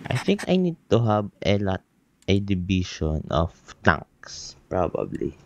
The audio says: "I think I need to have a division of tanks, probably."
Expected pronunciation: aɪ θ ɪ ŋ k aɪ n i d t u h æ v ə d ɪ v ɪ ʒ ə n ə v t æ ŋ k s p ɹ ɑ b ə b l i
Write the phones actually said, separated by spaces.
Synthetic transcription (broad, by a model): aɪ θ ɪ ŋ k aɪ n i d t u h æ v ə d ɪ b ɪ ʃ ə n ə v t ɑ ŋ k s p ɹ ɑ b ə b l i